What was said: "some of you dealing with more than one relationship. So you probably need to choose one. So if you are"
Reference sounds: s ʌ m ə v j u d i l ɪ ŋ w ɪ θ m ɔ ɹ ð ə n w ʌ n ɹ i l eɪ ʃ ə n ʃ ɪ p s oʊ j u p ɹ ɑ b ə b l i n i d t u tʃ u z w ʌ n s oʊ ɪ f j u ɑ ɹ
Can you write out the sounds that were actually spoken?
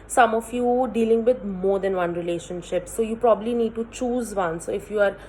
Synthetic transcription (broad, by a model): s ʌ m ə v j u d i l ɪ ŋ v ɪ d m ɔ ɹ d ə n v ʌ n ɹ i l eɪ ʃ ə n ʃ ɪ p s oʊ j u p ɹ ɑ b ə b l i n i d t u tʃ u z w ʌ n s oʊ ɪ f j u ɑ ɹ